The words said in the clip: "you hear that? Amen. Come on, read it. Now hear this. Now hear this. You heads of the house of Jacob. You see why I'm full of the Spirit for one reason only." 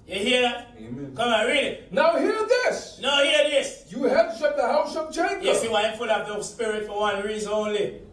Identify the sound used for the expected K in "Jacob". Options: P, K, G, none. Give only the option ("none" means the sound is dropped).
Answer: none